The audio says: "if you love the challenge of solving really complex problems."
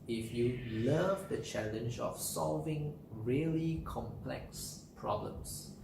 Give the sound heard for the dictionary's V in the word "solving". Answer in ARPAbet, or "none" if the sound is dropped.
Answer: V